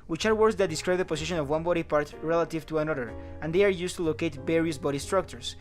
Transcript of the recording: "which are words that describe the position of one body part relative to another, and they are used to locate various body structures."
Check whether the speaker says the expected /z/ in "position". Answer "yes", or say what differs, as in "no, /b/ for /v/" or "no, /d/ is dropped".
no, /s/ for /z/